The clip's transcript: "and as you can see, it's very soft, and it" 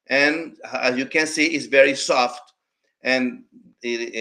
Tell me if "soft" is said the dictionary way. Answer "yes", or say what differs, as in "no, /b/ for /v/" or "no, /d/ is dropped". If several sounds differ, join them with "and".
yes